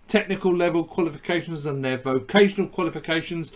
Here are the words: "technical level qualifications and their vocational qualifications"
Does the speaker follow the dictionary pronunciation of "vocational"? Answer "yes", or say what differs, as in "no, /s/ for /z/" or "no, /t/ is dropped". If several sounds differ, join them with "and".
yes